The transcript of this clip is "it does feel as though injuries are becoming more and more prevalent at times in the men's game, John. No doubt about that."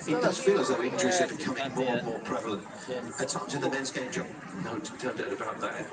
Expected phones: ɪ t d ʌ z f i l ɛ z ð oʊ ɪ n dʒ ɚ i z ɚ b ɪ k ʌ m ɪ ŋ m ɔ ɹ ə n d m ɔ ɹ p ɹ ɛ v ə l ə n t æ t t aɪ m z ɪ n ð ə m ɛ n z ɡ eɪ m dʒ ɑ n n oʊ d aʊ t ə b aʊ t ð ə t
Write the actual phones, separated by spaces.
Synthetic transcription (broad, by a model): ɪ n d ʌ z f i l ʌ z ð oʊ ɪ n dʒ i s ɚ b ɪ k ʌ m ɪ ŋ m ɔ ɹ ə n m ɔ ɹ p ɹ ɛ v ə l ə n t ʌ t t aɪ m z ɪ ð ə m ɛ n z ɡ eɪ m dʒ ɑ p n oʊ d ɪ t ə b aʊ t ð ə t